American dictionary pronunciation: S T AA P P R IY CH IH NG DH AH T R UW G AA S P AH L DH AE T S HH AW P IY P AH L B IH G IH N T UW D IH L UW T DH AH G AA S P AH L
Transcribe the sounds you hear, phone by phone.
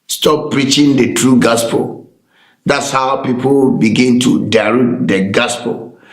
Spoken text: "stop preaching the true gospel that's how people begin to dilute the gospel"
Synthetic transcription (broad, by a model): S T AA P P R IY CH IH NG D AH T R UW G AA S P AH L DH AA T S HH AW P IY P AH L B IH G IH N T UW D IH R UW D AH G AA S P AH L